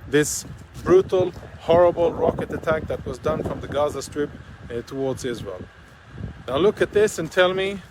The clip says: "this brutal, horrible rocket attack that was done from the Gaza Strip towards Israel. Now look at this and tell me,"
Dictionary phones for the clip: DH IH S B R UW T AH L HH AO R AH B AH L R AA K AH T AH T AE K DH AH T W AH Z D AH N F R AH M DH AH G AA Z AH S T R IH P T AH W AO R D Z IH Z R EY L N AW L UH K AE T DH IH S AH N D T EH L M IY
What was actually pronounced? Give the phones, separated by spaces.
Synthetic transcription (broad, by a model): DH IH S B R UW T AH L HH AO R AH B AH L R AA K AH T AH T AE K DH AH T W AH Z D AH N F R AH M DH AH G AA Z AH S T R IH P T AH W AO R D Z IH Z R EY L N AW L UH K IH T DH IH S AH N T EH L M IY